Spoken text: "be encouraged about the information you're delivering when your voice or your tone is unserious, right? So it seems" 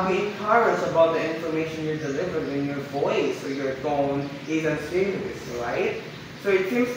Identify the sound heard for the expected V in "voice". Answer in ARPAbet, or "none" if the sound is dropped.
V